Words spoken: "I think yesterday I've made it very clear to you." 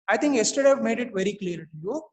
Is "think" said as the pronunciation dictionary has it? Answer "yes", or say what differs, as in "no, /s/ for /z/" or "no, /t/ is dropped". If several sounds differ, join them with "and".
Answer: no, /t/ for /θ/